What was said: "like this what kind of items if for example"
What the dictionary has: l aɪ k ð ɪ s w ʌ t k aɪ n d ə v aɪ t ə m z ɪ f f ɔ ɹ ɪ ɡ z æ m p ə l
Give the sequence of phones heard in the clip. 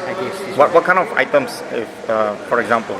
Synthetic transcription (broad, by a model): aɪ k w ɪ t w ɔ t k aɪ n ə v aɪ t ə m s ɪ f f ɔ ɹ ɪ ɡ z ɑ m p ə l